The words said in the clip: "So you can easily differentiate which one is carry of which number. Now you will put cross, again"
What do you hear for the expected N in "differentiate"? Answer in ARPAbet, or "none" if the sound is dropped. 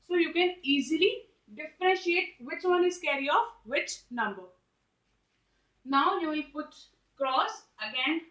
none